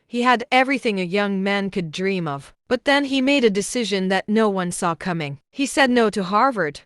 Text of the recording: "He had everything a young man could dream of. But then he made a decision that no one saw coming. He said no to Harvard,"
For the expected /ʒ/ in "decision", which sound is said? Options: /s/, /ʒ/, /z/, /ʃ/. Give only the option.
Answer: /ʒ/